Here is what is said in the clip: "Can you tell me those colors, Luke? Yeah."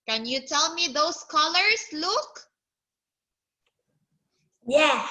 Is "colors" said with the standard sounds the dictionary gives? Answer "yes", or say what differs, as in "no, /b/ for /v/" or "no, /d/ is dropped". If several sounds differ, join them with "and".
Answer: no, /s/ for /z/